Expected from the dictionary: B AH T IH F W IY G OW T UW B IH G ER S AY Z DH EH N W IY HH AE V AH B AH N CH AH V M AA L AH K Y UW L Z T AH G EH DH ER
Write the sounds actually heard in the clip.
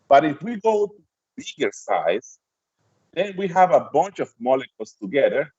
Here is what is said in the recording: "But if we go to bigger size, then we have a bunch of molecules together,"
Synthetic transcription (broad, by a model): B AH T IH F W IY G OW T UW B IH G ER S AY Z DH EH N W IY HH AE V AH B AH N CH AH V M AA L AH K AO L S T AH G EH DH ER